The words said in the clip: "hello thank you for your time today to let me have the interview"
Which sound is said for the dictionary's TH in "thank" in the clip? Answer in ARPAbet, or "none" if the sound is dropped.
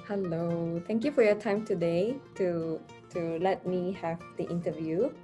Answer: T